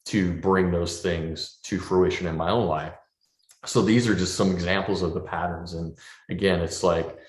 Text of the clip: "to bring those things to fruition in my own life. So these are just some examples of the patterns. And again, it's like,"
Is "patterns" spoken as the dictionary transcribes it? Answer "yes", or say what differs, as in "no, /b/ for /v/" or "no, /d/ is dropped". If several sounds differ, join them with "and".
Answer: yes